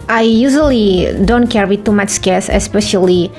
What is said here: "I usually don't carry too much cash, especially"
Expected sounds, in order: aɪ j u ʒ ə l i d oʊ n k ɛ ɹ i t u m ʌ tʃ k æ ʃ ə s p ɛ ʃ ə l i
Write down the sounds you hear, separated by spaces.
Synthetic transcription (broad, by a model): aɪ j u ʒ ə l i d oʊ n k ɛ ɹ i t u m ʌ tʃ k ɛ s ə s p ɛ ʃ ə l i